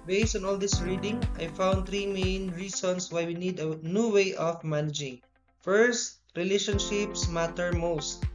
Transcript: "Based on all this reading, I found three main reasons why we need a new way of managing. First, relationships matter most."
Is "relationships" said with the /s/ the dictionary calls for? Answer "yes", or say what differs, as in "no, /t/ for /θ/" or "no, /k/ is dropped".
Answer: yes